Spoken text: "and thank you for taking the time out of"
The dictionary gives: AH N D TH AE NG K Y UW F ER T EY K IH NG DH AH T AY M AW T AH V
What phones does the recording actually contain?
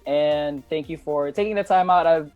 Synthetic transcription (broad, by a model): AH N TH AE NG K Y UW F ER T EY K IH NG DH AH T AY M AW T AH V